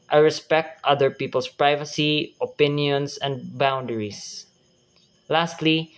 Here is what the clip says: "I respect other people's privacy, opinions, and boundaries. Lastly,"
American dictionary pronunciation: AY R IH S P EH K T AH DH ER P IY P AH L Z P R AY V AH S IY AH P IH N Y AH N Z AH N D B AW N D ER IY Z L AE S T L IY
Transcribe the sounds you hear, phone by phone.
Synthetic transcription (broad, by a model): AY R IH S P EH K T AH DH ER P IY P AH L S P R AY V AH S IY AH P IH N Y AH N S AH N D B AW N D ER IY S L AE S T L IY